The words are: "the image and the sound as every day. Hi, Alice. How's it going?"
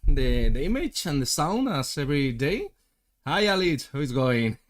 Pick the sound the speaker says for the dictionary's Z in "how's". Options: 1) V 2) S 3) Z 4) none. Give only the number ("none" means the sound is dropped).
4